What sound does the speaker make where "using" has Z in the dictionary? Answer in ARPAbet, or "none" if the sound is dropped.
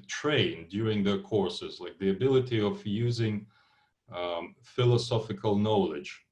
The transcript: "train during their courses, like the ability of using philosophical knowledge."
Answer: Z